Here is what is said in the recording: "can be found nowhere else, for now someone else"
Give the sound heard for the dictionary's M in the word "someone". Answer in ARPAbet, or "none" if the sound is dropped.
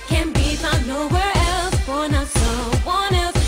none